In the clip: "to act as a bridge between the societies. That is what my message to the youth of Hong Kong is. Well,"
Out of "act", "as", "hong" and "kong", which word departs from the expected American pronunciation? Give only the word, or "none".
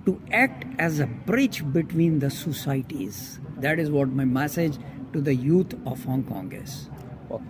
none